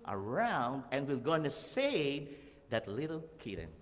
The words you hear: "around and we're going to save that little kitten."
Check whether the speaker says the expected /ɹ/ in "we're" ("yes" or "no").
no